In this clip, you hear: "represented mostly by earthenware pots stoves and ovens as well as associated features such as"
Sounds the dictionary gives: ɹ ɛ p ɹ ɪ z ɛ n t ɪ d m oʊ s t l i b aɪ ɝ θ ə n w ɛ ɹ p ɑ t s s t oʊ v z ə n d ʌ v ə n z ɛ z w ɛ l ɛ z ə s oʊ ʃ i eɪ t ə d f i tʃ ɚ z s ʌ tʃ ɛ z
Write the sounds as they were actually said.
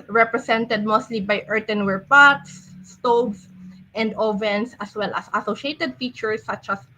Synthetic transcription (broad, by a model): ɹ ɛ p ɹ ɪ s ɛ n t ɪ d m oʊ s t l i b aɪ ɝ t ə n w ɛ ɹ p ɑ t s s t oʊ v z ə n d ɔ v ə n s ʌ s w ɛ l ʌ s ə s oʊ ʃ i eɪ t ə d f i tʃ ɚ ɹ s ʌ tʃ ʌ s